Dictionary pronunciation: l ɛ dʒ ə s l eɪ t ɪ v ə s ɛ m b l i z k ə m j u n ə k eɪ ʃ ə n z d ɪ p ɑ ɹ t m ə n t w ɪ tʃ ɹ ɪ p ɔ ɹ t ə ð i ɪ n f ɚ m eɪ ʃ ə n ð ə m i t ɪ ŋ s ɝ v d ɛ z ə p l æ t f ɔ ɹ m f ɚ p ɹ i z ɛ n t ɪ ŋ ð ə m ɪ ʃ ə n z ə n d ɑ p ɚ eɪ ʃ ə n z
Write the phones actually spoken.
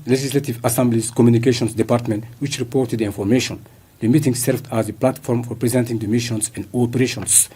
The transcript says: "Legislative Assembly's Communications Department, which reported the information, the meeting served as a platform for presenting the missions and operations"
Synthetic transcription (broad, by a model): l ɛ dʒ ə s l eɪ t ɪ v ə s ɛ m b l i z k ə m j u n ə k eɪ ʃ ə n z d ɪ p ɑ ɹ t m ə n t w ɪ tʃ ɹ ɪ p ɔ ɹ t ə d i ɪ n f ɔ m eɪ ʃ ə n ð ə m i t ɪ ŋ s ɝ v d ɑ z ə p l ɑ t f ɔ ɹ m f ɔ p ɹ i z ɛ n t ɪ ŋ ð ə m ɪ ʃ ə n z ə n d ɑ p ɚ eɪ ʃ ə n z